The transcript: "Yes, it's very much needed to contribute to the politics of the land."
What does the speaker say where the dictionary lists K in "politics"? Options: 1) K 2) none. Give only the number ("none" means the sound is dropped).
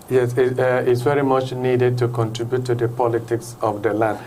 1